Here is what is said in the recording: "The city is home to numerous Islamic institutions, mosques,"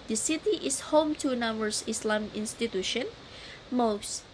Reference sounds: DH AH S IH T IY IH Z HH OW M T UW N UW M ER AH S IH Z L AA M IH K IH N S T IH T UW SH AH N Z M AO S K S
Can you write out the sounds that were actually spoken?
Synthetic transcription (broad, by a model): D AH S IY T IY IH S HH OW M T UW N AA M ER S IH S L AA M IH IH N S T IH T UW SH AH N M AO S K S